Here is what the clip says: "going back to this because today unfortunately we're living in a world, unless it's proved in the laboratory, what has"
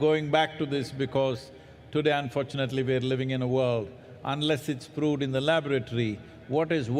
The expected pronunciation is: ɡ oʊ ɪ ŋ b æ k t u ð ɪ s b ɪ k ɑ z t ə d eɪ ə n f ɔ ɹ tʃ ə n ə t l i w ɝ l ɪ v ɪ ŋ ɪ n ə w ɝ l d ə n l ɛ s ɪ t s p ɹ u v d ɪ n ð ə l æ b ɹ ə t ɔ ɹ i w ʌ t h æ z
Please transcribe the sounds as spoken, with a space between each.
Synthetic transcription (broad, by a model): ɡ oʊ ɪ ŋ b æ k t u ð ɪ s b ɪ k ɑ z t ə d eɪ ə n f ɔ ɹ tʃ ə n ə t l i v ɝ l ɪ v ɪ ŋ ɪ n ə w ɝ l d ə n l ɛ s ɪ t s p ɹ u d ɪ n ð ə l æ b ɹ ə t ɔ ɹ i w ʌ t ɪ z